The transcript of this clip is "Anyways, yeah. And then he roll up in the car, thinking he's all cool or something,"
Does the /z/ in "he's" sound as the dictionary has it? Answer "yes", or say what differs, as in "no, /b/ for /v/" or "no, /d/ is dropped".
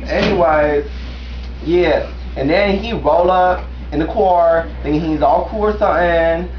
yes